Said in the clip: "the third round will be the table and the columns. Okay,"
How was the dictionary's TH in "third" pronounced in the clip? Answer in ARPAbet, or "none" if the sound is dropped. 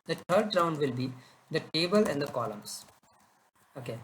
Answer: T